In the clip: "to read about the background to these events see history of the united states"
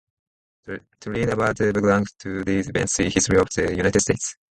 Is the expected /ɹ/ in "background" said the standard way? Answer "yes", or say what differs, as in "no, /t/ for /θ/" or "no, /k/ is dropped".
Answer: no, /l/ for /ɹ/